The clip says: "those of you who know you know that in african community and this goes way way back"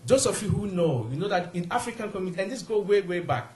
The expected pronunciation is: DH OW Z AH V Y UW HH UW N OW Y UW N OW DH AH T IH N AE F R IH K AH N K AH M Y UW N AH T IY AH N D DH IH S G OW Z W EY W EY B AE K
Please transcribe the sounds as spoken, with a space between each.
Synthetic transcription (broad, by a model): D OW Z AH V Y UW HH UW N OW Y UW N OW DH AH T IH N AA F R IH K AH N K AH M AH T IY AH N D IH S G OW W EY W EY B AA K